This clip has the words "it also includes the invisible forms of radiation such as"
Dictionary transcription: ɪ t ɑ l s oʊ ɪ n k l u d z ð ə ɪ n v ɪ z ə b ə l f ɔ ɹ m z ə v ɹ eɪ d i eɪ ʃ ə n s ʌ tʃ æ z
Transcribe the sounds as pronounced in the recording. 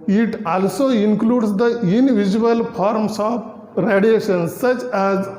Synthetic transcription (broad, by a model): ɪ t ɑ l s oʊ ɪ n k l u d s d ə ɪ n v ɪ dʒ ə ə l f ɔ ɹ m s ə p ɹ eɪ d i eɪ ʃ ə n s ʌ tʃ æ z